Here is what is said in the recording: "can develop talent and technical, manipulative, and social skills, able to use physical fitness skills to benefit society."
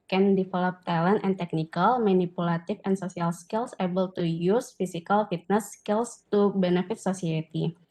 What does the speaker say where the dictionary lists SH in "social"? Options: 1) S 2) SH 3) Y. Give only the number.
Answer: 1